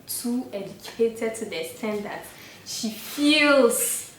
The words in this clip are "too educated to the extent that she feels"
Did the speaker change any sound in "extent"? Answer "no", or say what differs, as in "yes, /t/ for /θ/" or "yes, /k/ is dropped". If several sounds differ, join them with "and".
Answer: yes, /k/ is dropped